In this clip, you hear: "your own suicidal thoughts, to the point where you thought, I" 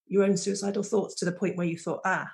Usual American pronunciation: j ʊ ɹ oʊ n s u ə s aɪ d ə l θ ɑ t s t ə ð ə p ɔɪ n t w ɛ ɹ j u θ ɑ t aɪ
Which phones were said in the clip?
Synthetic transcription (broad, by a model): j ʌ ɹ oʊ n s u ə s aɪ d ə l θ ɑ t s t ə ð ə p ɔɪ n t w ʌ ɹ j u θ ɑ t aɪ